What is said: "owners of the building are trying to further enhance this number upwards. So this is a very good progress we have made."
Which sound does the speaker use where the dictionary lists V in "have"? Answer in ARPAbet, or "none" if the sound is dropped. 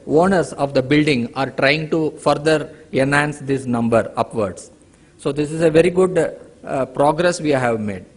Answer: V